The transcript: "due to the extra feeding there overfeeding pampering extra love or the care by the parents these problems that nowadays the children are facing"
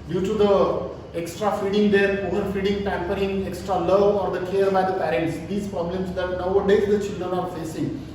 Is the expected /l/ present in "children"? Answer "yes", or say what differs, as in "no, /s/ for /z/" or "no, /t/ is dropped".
yes